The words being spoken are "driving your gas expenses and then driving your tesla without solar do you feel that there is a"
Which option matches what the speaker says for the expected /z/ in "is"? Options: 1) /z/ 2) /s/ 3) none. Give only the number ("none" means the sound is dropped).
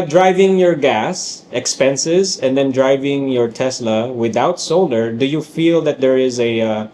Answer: 1